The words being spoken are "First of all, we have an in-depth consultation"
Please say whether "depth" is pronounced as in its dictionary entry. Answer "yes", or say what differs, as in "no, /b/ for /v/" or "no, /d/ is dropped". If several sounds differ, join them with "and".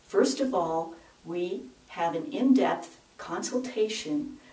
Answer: yes